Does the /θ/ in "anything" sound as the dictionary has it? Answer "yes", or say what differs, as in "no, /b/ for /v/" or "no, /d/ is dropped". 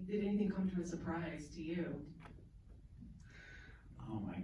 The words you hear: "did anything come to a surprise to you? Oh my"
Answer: yes